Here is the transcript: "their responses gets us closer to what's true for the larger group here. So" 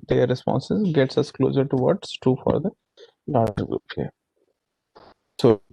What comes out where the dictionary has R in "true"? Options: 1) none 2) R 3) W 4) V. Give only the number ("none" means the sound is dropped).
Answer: 1